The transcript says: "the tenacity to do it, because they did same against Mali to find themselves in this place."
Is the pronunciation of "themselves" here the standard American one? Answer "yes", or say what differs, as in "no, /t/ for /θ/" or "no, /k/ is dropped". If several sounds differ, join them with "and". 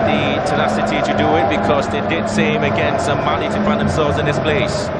yes